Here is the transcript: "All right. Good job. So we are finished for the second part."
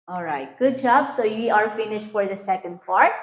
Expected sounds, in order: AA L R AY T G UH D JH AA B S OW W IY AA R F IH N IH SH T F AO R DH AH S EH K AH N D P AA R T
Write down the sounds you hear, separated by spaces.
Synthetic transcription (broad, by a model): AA L R AY T G UH D JH AA B S OW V IY AA R F IH N IH SH T F AO R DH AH S EH K AH N D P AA R T